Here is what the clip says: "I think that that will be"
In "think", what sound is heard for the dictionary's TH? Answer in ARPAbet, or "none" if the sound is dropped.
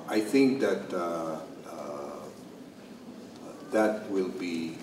TH